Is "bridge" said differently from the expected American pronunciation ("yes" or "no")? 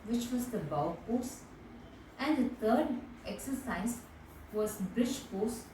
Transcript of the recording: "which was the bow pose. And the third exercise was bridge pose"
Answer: yes